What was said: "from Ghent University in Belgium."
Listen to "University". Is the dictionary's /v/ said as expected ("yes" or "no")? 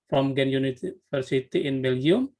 no